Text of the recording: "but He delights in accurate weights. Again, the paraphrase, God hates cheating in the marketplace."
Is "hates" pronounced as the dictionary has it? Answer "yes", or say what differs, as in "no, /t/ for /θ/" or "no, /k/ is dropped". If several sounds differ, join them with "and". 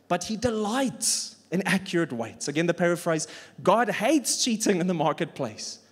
yes